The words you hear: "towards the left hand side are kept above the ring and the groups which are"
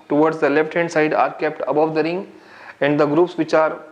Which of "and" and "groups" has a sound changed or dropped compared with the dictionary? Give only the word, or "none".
none